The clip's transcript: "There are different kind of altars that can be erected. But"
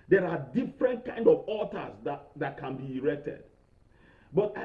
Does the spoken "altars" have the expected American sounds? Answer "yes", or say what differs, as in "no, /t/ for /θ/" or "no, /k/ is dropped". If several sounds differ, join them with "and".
no, /l/ is dropped